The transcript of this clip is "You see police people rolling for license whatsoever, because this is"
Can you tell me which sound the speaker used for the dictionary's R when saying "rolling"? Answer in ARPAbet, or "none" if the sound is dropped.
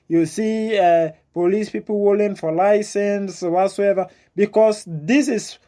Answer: W